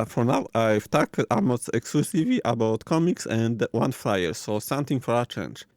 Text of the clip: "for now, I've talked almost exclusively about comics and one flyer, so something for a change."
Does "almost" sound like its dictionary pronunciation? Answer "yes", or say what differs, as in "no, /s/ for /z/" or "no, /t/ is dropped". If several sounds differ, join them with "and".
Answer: no, /l/ is dropped